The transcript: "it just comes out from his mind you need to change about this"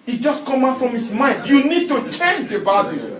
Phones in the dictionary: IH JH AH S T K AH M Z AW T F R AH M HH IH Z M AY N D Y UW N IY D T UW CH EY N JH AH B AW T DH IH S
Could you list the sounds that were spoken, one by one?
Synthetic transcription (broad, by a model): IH JH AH S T K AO M AW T F R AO M HH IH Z M AY N D Y UW N IY D T UW CH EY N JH AH B AW T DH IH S